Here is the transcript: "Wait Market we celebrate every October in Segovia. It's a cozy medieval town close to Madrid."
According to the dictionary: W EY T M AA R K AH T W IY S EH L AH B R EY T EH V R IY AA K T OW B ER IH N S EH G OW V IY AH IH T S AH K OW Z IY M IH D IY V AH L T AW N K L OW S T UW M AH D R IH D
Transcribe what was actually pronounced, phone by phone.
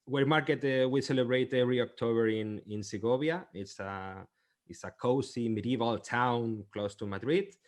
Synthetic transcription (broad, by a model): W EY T M AA R K AH T W IY S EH L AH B R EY T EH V R IY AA K T OW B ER IH N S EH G OW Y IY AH IH T S AH K OW S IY M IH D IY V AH L T AW N K L OW S T UW M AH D R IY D